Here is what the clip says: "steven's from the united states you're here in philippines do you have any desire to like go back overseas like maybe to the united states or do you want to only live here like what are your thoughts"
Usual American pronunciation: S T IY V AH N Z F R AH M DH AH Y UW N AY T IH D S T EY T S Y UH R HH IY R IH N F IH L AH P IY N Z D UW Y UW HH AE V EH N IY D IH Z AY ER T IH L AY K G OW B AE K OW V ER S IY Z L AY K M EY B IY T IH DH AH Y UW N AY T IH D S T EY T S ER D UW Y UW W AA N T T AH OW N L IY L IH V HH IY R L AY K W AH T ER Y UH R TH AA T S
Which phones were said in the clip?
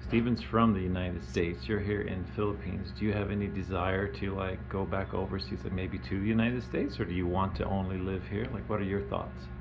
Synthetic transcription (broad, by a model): S T IY V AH N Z F R AH M DH AH Y UW N AY T IH D S T EY T S Y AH R HH IY R IH N F IH L AH P IY N Z D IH Y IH V EH N IY D IH Z AY ER T IH L AY K G OW B AE K OW V ER S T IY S M EY B IY T IH DH AH Y UW N AY T IH D S T EY T S ER D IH Y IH W AA N T T AH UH N L IY L IH V HH IY R L AY K W AH T ER Y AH R TH AA T S